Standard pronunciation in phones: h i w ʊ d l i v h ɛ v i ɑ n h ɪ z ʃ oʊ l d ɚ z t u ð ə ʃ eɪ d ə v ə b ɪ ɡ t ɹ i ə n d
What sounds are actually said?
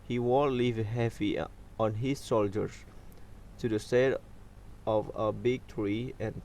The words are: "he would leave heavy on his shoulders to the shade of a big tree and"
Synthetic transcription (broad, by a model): h i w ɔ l l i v h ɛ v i ɑ n h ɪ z oʊ l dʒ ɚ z t u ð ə s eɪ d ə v ə b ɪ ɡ t ɹ i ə n